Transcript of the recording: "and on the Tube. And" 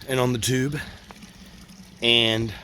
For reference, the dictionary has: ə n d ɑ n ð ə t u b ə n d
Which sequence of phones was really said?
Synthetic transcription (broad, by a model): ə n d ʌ n ð ə t u b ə n